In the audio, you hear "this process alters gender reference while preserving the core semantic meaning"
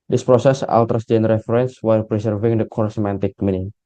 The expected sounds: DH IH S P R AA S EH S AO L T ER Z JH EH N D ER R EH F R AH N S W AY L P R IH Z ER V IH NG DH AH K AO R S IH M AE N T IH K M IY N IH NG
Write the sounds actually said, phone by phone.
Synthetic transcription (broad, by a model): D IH S P R AA S EH S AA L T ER S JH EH N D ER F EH R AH N S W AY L P R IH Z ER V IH NG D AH K AO R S M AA N T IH K M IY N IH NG